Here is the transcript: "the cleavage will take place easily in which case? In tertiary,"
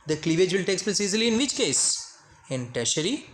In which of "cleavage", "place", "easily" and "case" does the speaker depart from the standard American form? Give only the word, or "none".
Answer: none